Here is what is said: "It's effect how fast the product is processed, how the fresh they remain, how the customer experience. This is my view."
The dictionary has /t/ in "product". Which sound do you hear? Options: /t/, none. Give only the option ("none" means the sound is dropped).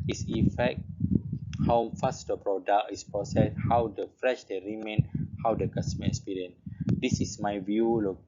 none